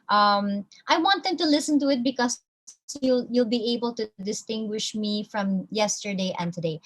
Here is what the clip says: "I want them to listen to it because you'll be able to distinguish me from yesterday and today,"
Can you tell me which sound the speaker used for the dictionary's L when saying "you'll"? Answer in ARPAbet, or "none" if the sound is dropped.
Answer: L